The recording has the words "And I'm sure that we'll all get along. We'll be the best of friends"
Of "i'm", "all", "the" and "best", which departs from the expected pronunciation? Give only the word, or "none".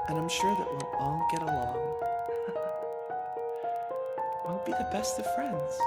all